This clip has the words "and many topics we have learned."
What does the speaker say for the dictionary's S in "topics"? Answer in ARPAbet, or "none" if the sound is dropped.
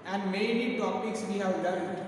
S